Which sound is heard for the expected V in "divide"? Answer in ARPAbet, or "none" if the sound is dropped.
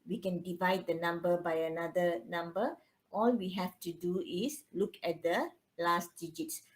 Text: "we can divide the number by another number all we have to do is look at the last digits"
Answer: V